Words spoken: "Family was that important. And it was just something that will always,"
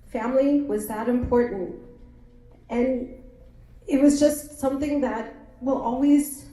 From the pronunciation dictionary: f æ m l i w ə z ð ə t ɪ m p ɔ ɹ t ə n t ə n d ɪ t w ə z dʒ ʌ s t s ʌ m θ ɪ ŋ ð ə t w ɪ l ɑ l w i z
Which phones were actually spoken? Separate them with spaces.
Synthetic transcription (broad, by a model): f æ m l i w ə z ð ə t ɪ m p ɔ ɹ t n t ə n ɪ t w ə z dʒ ʌ s t s ʌ m θ ɪ ŋ ð ə t w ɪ l ɑ l w i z